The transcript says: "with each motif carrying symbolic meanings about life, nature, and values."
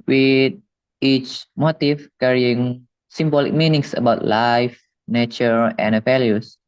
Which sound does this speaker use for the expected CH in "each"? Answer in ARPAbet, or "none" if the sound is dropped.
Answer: CH